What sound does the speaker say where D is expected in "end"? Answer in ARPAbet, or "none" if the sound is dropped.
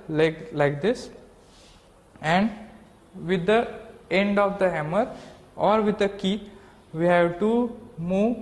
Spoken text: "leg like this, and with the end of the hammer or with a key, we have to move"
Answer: D